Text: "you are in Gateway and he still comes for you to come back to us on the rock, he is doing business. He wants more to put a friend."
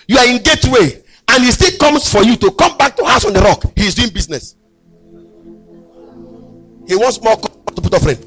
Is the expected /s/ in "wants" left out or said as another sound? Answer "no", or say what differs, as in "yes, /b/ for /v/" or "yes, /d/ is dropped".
no